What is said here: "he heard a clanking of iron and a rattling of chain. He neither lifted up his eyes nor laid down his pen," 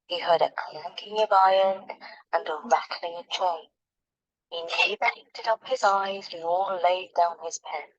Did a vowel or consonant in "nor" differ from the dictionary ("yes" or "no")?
yes